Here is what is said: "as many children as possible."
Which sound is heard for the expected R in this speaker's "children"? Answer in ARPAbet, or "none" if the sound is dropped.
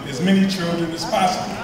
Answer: R